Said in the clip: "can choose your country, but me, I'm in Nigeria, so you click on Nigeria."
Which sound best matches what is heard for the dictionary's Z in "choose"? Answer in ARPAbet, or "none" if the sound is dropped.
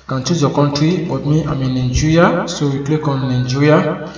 none